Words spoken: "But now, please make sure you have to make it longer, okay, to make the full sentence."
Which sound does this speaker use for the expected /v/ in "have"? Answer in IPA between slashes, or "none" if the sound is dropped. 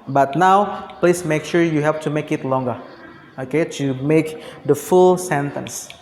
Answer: /f/